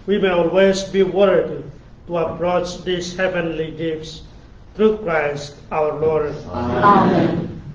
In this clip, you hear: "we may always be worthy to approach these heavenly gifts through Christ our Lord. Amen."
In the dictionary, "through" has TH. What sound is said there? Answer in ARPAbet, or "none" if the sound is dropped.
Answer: T